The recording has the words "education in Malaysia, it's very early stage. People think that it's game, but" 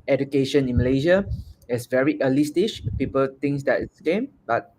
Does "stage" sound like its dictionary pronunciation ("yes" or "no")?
no